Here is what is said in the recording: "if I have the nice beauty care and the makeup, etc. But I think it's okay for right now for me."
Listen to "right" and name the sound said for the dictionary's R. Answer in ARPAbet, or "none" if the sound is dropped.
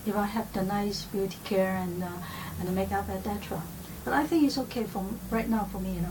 R